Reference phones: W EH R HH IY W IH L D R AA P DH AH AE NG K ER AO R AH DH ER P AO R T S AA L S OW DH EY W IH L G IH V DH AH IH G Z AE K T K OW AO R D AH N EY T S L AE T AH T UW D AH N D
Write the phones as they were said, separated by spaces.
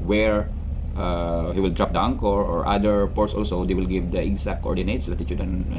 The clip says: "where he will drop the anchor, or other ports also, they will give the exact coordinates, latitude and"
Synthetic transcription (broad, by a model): W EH R HH IY W IH L D R AA P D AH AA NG K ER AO R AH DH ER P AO R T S AA L S OW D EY W IH L G IH V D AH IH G S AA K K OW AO R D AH N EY T S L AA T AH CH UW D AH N